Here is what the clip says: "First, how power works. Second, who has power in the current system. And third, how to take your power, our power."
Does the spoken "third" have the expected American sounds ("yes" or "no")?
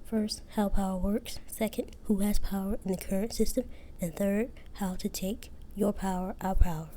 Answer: yes